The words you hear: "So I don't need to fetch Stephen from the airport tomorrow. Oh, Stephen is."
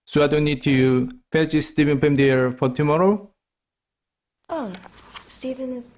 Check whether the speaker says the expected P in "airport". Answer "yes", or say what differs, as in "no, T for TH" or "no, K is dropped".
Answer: no, F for P